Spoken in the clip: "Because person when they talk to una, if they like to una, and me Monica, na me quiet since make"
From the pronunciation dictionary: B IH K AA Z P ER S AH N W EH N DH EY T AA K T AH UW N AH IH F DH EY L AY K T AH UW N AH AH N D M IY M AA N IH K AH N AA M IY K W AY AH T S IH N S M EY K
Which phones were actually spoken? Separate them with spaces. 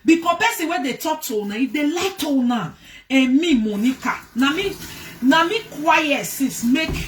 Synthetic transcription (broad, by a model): B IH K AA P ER S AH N W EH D EY T AA K T AH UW N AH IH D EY L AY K T AH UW N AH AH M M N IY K AA N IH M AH N AA M IY K W AY AH T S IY S M EY K